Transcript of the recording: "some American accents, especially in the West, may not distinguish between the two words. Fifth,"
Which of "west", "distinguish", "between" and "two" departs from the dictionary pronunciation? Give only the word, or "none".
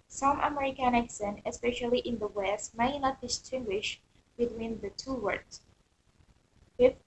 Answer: none